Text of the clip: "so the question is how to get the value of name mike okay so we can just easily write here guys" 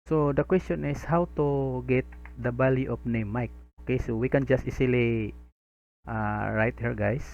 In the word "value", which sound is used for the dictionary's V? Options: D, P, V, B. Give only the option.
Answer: B